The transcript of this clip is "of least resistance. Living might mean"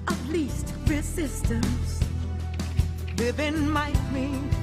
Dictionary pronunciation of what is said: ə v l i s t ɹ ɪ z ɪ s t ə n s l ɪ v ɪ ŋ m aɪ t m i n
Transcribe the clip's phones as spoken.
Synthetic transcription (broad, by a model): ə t l i s t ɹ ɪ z ɪ s t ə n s w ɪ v ɪ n m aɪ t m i